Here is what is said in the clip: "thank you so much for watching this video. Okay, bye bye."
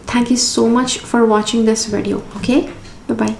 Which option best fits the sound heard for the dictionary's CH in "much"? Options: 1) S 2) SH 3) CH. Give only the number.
3